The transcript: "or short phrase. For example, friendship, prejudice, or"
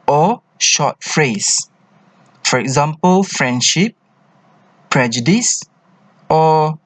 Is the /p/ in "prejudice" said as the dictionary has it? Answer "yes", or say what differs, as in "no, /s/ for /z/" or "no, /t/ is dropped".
yes